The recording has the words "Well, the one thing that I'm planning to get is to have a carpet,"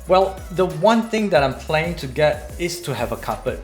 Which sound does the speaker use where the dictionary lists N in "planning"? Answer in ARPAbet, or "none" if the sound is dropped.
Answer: none